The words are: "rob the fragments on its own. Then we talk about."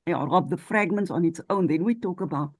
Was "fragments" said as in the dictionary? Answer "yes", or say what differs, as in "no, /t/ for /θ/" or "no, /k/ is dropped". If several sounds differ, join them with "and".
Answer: yes